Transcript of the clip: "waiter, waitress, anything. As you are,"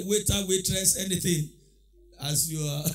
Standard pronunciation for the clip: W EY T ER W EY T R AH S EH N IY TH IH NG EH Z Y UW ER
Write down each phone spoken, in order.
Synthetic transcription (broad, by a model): W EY T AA W EY T R AH S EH N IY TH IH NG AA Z Y UW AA